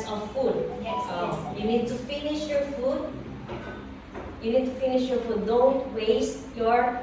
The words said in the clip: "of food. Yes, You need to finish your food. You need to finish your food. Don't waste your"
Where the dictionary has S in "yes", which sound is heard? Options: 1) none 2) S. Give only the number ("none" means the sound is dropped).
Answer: 1